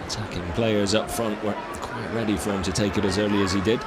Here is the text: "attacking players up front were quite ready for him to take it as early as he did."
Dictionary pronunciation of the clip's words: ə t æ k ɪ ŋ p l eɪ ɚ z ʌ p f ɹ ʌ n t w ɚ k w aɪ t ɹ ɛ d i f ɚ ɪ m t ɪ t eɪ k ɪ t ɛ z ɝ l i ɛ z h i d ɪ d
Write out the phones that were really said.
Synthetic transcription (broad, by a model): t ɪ k ɪ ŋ p l eɪ ɚ z ʌ p f ɹ ʌ n t w ɚ k w aɪ t ɹ ɛ d i f ɚ ɪ m t ɪ t eɪ k ɪ t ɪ z ɝ l i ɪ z i d ɪ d